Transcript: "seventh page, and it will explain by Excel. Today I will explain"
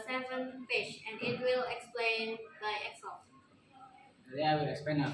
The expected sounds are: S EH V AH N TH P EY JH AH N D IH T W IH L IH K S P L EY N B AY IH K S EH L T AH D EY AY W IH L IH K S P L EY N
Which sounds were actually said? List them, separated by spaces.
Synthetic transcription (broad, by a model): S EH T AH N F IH SH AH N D IH T W IH L IH K S P L EY N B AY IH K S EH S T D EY AY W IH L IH K S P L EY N